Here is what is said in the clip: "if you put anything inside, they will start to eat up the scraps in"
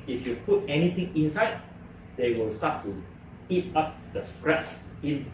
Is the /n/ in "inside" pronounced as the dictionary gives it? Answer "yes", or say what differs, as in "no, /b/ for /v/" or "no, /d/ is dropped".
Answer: yes